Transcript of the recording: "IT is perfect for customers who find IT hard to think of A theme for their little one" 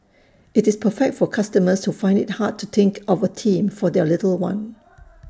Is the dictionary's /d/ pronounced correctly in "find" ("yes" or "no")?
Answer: yes